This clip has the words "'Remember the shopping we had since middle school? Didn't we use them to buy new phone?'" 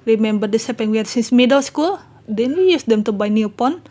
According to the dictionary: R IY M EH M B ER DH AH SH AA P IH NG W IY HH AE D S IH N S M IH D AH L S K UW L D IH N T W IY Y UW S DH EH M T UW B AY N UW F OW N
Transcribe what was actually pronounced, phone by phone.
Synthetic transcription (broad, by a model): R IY M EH M B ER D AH S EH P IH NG W IY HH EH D S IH N S M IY D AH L S K UW L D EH N W IY Y UW S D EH M T UW B AY N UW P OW N